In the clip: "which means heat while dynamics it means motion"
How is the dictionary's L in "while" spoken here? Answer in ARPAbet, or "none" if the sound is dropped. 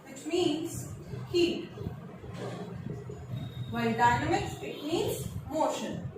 N